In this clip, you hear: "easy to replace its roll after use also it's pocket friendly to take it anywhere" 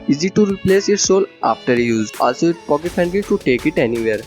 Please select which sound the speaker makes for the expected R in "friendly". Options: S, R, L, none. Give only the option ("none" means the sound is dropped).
none